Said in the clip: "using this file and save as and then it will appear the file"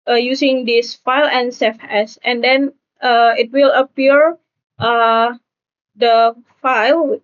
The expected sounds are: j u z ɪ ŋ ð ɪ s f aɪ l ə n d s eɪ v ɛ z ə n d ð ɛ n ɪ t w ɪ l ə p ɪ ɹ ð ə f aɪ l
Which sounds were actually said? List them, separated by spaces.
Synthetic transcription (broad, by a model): j u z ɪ ŋ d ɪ s f aɪ l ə n s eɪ f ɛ s ə n d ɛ n ɪ t w ɪ l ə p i ɹ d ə f aɪ l